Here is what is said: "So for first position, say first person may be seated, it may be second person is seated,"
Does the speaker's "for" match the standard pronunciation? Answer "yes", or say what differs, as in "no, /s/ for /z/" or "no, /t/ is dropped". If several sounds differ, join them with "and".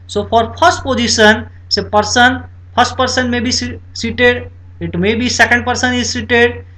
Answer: no, /p/ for /f/